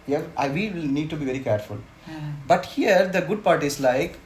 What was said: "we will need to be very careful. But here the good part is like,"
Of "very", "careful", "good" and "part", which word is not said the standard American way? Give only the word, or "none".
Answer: none